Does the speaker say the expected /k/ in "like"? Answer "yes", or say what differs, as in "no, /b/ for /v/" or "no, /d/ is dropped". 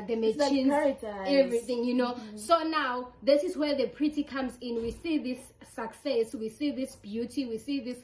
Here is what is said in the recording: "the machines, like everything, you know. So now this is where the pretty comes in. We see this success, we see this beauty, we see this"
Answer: no, /k/ is dropped